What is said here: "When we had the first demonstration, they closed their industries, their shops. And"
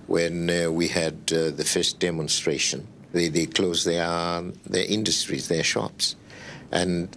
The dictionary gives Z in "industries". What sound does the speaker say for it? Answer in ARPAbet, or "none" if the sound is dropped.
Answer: Z